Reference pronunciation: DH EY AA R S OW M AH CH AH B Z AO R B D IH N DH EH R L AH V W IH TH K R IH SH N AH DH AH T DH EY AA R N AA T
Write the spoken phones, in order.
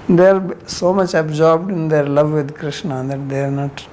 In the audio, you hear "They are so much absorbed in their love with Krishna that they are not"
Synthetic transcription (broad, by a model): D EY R S OW M AH CH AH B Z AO R B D IH N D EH R L AH V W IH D K R IH SH N AH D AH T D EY R N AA T